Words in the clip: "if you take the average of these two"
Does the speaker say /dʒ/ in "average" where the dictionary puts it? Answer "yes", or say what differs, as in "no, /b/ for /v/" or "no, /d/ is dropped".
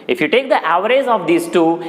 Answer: no, /z/ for /dʒ/